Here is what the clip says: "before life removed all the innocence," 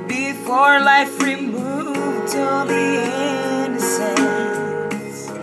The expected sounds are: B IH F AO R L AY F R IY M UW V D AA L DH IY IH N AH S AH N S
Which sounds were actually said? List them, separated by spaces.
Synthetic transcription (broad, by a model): B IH F AO R L AY F R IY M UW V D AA N DH IY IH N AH S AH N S